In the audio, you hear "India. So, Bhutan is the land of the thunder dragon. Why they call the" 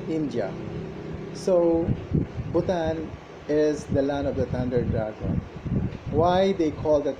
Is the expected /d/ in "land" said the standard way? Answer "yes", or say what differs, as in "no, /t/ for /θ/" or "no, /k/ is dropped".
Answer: no, /d/ is dropped